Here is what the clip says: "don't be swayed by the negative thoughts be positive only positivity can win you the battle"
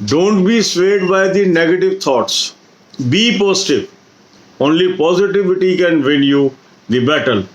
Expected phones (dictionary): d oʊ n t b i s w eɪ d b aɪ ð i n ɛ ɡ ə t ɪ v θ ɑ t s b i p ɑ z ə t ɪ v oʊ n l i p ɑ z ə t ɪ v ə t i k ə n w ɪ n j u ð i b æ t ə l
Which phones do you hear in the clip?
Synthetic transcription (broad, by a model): d oʊ n t b i s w eɪ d b aɪ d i n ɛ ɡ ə t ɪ v t ɑ t s b i p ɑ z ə t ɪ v oʊ n l i p ɑ z ə t ɪ v ə t i k ə n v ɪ l j u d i b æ t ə l